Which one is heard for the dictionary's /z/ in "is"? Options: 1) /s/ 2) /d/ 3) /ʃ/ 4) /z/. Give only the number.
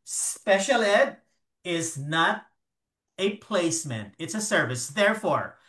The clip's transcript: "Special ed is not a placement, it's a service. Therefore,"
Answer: 4